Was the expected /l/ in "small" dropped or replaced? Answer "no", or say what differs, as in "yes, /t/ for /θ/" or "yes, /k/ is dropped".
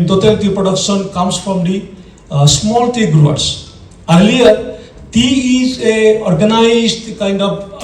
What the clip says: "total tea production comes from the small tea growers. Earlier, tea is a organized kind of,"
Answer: no